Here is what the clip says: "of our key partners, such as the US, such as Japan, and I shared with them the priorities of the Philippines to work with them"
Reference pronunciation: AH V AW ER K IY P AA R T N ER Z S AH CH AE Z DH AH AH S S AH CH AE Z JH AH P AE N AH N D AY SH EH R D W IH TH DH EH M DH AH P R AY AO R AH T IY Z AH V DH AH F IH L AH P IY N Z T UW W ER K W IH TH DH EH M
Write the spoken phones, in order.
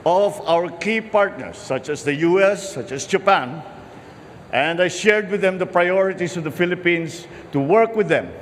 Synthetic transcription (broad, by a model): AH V AW ER K IY P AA R T N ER S AH CH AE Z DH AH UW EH S AH CH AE S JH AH P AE N AH N D AY SH EH R D W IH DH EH M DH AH P R AY AO R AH T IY S AH V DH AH F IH L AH P IY N S T UW W ER K W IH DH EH M